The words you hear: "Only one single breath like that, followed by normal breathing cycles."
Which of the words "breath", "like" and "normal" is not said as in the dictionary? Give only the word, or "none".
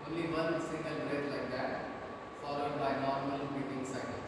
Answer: breath